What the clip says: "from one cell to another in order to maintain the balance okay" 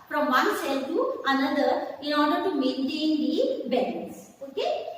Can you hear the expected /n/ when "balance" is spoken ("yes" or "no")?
no